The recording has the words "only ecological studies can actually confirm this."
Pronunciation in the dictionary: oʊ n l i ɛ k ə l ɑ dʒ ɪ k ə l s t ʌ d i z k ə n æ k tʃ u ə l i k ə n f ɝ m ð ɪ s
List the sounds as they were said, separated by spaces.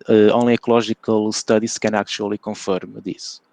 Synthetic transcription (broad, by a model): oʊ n l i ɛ k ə l ɑ ʒ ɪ k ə l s t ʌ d i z k ə n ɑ k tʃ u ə l i k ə f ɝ m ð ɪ s